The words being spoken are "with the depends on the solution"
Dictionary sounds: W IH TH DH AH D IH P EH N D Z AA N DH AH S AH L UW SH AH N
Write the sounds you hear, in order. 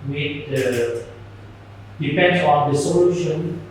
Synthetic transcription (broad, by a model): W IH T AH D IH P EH N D AA N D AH S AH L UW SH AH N